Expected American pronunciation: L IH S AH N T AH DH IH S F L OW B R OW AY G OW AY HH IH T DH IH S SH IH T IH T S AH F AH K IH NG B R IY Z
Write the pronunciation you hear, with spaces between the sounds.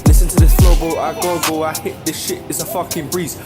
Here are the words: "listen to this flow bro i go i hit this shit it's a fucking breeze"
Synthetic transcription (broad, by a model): L IH S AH N T AH DH IH S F OW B OW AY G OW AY HH IH T DH IH S SH IH T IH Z AH F AH K IH NG B R IY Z